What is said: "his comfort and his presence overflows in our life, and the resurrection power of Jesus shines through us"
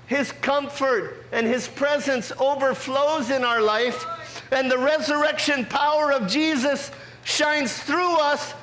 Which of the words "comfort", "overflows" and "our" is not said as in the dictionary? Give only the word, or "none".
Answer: none